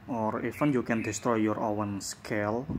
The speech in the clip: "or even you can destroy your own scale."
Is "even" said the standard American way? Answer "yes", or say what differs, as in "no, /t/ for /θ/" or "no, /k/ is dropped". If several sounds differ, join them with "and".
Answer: no, /f/ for /v/